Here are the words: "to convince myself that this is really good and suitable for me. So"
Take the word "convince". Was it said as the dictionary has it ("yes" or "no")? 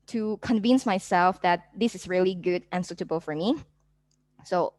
yes